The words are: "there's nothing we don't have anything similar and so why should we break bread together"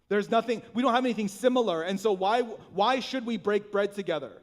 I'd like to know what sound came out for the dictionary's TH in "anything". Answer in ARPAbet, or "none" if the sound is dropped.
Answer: TH